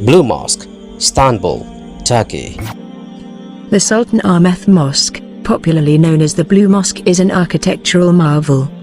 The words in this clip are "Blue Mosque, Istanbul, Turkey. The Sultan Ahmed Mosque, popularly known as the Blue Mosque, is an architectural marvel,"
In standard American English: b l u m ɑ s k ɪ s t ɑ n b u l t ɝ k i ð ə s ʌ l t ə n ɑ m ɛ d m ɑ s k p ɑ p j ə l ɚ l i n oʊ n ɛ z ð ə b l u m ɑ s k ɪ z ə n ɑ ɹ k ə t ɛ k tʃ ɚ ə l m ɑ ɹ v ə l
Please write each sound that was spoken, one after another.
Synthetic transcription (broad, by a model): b l u m ɑ s k s t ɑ n b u l t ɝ k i ð ə s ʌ l t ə n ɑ m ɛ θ m ɑ s k p ɑ p j l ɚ l i n oʊ n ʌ z ð ə b l u m ɑ s k ɪ z ə n ɑ k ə t ɛ k tʃ ɚ ə l m ɑ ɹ v ə l